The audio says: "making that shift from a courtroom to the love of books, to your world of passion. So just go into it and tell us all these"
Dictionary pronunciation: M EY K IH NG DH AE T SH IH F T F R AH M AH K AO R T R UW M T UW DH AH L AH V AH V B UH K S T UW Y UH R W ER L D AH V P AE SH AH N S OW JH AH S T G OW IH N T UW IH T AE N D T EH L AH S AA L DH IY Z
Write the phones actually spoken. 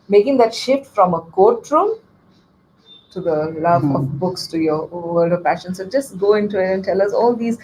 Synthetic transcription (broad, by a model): M EY K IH NG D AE T SH IH F T F R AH M AH K AO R T R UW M T UW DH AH L AH V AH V B UH K S T UW Y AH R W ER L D AH V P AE SH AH N S OW JH AH S T G OW IH N T UW IH T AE N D T EH L AH S AA L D IY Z